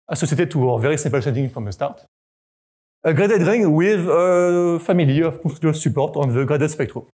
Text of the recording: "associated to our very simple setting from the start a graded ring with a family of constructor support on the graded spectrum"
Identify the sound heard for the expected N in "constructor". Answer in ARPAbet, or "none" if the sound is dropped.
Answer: none